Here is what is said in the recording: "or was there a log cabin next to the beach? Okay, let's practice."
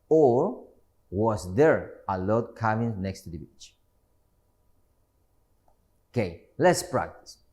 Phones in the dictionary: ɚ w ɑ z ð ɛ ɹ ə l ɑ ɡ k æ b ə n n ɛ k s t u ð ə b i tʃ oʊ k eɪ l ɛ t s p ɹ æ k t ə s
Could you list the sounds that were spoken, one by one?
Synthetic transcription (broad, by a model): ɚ w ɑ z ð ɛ ɹ ə l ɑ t k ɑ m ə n n ɛ k s t u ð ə b i tʃ oʊ k eɪ l ɛ t s p ɹ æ k t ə s